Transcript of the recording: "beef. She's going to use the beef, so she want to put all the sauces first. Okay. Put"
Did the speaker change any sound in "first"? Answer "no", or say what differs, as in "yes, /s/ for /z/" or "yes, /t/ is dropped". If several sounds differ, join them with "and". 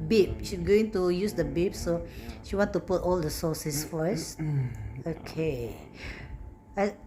yes, /t/ is dropped